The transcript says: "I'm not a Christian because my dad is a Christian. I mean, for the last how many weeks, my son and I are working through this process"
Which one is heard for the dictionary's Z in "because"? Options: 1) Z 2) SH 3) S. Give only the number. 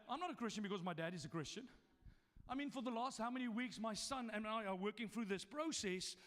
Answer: 1